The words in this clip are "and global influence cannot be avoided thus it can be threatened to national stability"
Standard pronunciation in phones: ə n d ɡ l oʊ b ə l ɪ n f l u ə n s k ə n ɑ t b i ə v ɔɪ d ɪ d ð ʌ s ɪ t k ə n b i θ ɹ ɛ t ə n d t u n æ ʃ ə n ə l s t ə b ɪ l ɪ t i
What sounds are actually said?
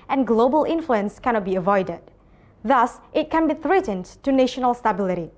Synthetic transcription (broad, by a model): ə n ɡ l oʊ b ə l ɪ n f l u ə n s k ə n ɑ t b i ə v ɔɪ d ɪ d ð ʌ s ɪ t k ə n b i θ ɹ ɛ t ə n t u n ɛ ʃ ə n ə l s t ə b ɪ l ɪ t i